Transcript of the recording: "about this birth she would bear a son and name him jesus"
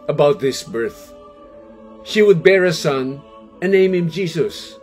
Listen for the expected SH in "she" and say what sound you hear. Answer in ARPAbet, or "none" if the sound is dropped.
SH